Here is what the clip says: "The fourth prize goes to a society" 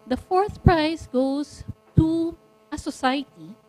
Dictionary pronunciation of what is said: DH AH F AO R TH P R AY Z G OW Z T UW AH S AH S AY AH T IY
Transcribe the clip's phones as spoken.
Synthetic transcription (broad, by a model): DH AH F AO R TH P R AY S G OW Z T UW AH S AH S AY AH T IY